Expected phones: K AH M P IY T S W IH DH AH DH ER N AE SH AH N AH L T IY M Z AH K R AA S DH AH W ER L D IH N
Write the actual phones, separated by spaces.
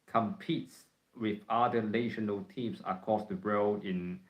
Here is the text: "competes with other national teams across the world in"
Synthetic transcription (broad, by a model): K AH M P IY T S W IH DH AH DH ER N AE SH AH N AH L T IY M S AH K AA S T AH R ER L IH N